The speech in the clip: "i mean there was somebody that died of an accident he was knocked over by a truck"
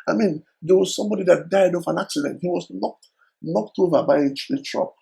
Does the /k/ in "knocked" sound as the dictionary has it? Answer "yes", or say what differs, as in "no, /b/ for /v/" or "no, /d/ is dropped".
yes